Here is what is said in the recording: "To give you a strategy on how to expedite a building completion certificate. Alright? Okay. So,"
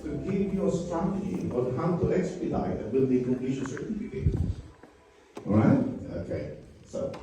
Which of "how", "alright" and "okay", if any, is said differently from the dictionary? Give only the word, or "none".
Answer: alright